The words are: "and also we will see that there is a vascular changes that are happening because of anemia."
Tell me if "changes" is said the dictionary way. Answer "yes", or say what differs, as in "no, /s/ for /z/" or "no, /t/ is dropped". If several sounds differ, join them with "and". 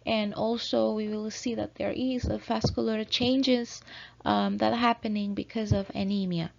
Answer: yes